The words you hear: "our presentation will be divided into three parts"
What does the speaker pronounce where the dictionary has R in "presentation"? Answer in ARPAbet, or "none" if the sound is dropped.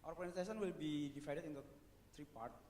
none